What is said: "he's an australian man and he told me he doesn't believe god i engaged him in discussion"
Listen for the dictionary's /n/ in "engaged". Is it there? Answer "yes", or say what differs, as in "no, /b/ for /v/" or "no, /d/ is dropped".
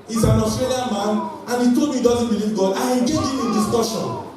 no, /n/ is dropped